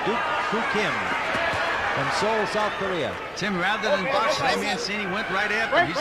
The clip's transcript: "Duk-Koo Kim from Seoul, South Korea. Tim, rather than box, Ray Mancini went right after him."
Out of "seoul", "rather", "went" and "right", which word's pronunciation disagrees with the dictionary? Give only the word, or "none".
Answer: none